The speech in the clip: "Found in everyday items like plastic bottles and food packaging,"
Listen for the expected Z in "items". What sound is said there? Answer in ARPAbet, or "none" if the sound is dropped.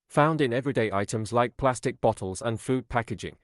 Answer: Z